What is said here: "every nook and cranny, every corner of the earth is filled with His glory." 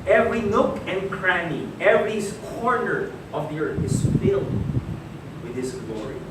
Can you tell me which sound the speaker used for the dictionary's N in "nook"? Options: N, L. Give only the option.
N